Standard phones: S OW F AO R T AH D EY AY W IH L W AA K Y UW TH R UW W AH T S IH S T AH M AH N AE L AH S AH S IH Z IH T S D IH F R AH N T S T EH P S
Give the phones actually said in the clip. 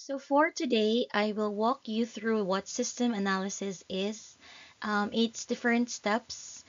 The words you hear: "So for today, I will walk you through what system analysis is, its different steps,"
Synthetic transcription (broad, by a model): S OW F AO R T AH D EY AY W IH L W AA K Y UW TH R UW W AH T S IH S T AH M AH N AE L AH S AH S IH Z IH T S D IH F R AH N T S T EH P S